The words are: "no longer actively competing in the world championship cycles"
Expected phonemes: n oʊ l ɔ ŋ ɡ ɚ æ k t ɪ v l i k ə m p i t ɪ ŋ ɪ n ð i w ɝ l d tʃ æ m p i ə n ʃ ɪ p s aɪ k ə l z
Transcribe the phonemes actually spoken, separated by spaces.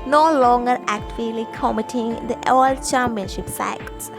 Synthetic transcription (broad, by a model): n oʊ l ɔ ŋ ɡ ɚ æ k t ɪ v l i k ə m i t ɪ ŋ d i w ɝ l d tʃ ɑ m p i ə n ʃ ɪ p s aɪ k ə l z